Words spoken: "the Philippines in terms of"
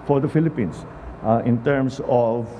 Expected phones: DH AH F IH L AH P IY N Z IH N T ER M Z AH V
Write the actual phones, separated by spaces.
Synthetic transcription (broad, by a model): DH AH F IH L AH P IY N S IH N T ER M S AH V